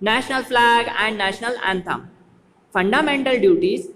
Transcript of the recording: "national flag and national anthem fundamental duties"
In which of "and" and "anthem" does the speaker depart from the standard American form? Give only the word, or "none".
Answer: anthem